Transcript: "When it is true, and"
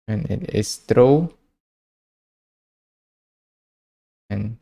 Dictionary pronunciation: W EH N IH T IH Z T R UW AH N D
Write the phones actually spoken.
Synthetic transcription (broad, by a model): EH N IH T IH S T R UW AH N